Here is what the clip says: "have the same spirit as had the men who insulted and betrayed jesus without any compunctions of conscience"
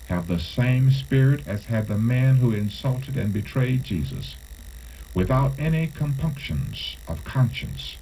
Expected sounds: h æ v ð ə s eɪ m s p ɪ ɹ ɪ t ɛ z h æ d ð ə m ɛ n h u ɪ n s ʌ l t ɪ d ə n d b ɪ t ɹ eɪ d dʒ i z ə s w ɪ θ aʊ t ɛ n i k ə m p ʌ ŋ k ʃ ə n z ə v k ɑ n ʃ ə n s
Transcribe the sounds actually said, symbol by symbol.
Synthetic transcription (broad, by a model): h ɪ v ð ə s eɪ m s p ɪ ɹ ɪ t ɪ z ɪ d ð ə m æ n h u ɪ n s ʌ l t ɪ d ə n b ɪ t ɹ eɪ d dʒ i z ə s w ɪ θ aʊ t ɛ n i k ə m p ʌ ŋ k ʃ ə n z ə v k ɑ n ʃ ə n s